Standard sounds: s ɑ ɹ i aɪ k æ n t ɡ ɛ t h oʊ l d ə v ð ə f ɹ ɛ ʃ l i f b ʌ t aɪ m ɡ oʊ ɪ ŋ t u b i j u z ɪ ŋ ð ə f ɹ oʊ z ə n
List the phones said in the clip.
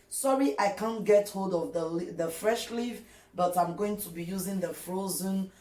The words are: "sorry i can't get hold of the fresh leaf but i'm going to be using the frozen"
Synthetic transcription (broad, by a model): s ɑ ɹ i aɪ k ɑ n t ɡ ɛ t h oʊ l d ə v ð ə f ɹ ɛ ʃ l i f b ʌ t aɪ m ɡ oʊ ɪ ŋ t u b i j u z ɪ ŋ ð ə f ɹ oʊ z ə n